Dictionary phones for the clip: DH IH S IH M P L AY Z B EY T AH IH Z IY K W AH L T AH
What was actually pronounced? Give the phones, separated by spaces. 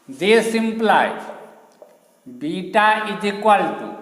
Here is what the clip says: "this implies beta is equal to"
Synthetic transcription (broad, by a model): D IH S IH M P L AY B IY T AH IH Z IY K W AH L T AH